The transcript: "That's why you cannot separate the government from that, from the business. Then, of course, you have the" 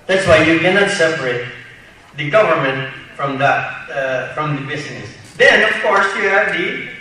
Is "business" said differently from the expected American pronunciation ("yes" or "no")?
yes